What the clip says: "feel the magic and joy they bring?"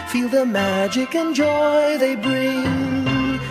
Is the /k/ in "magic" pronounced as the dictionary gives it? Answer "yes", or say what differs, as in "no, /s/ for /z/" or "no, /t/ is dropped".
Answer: yes